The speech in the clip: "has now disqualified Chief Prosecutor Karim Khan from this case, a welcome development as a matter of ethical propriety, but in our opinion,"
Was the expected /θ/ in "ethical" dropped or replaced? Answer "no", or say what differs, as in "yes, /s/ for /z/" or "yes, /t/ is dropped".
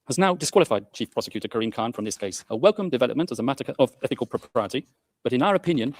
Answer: no